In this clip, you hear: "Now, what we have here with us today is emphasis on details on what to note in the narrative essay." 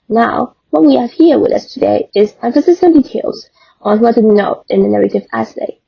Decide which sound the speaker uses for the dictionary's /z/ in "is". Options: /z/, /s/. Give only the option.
/z/